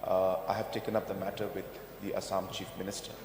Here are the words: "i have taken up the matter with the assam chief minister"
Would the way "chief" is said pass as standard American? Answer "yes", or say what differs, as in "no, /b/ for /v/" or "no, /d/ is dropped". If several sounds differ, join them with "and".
yes